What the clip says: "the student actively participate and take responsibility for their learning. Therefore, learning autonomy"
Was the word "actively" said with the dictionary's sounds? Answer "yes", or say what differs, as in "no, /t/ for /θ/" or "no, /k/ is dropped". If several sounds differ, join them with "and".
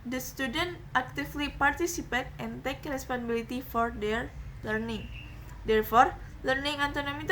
no, /f/ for /v/